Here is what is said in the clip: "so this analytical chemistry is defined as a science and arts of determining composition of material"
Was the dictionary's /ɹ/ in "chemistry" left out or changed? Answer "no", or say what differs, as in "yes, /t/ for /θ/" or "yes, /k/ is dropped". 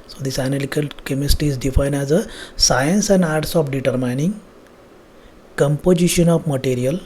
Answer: yes, /ɹ/ is dropped